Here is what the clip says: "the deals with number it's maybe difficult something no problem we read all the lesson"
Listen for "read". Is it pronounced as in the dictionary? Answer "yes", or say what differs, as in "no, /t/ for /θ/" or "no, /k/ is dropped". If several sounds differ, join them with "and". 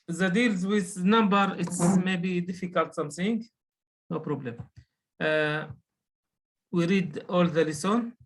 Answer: yes